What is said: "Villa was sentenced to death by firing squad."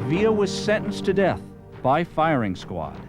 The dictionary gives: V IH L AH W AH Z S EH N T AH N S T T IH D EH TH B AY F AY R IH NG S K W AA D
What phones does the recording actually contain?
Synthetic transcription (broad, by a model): V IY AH W AH Z S EH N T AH N S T T IH D EH TH B AY F AY R IH NG S K W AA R